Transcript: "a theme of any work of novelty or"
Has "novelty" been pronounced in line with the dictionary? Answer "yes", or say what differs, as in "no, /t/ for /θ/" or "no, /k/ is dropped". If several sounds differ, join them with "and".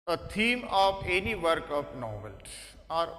no, /s/ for /t/